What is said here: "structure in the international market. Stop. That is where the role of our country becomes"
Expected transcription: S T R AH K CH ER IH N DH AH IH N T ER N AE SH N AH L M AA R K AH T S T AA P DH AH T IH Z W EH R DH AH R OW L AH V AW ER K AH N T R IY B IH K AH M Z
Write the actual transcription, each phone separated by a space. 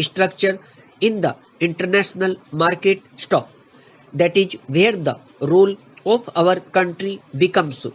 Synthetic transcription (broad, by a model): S T R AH K CH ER IH N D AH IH N T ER N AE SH N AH L M AA R K AH T S T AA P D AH T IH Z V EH R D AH R OW L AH P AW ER K AH N T R IY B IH K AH M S